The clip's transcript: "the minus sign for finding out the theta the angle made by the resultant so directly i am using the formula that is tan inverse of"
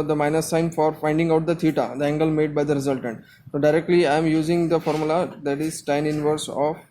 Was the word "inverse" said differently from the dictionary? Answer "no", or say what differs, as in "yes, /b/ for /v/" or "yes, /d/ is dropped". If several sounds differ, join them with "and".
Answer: no